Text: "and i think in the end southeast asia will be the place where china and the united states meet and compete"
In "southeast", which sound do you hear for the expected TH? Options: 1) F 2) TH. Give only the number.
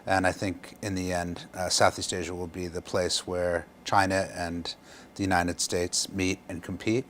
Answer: 2